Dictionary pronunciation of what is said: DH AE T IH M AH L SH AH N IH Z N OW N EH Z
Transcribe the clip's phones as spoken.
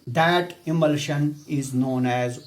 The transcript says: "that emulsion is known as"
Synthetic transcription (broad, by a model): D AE T IH M AH L SH AH N IH Z N OW N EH Z